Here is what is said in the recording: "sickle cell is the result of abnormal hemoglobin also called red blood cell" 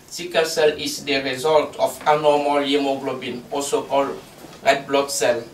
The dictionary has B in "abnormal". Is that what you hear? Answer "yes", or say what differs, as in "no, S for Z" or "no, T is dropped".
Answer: no, B is dropped